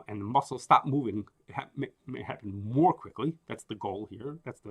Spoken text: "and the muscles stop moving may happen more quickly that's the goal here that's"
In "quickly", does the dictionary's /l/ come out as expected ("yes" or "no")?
yes